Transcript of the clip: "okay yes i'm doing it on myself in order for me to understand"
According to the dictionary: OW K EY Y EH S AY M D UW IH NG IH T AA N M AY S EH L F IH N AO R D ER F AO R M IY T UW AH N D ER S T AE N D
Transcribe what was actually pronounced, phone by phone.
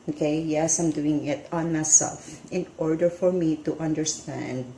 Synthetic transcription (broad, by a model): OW K EY Y EH S AY M D UW IH NG IH T AA N M AY S EH L F IH N AO R D ER F AO R M IY T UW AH N D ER S T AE N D